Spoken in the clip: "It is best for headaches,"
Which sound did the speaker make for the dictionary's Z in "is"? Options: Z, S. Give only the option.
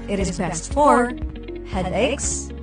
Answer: Z